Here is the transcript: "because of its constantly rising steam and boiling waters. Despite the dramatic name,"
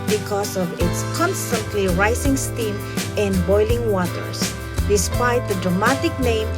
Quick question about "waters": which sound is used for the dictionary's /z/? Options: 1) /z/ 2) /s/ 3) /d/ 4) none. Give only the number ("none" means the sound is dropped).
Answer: 2